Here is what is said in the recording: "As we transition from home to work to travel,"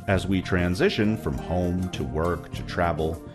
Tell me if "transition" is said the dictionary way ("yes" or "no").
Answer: yes